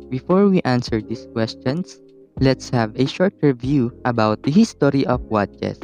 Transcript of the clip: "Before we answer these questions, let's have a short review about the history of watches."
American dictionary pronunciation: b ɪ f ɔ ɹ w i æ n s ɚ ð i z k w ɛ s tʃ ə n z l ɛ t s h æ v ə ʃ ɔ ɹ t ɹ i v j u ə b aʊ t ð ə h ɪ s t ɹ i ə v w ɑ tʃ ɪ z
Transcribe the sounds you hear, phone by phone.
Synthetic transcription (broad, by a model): b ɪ f ɔ ɹ w i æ n s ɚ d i s k w ɛ s tʃ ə n s l ɛ t s h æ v ə ʃ ɔ ɹ t ɹ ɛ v j u ə b aʊ t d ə h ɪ s t ɹ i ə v w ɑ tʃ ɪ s